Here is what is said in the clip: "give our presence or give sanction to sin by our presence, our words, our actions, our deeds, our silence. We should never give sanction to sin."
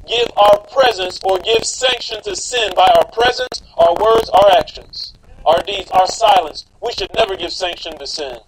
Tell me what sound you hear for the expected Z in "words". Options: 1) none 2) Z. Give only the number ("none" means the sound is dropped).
2